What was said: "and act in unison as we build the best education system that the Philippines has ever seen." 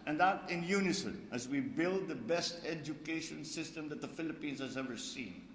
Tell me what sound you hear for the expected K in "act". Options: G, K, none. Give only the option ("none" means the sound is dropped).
none